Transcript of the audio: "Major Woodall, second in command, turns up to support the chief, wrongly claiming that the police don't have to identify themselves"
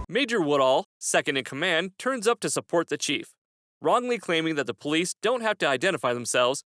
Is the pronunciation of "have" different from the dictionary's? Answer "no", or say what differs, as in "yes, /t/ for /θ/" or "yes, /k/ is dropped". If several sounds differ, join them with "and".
yes, /f/ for /v/